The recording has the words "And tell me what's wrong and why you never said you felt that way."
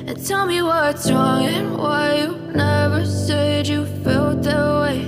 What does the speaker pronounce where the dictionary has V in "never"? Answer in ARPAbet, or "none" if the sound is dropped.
V